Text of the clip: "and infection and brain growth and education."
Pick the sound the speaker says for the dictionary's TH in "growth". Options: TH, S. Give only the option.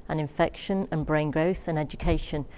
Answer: TH